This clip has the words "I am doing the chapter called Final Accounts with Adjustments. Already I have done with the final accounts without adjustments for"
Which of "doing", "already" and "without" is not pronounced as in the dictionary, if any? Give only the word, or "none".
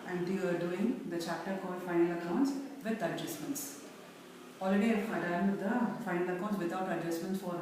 without